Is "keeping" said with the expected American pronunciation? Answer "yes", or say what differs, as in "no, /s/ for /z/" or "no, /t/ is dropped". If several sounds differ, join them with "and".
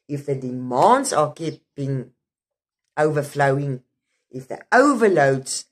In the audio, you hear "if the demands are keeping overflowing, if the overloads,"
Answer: no, /b/ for /p/